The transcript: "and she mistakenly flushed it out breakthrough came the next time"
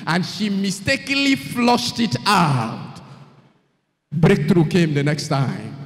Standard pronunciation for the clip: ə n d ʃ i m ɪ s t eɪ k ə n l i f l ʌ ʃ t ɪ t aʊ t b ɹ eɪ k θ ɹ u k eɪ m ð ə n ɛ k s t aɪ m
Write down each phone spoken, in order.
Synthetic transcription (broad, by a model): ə n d ʃ i m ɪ s t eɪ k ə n l i f l ʌ ʃ t ɪ t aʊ t b ɹ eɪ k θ ɹ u k eɪ m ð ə n ɛ k s t aɪ m